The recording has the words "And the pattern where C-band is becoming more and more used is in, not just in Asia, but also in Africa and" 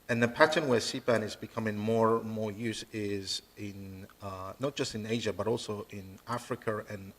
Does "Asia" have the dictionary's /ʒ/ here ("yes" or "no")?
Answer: yes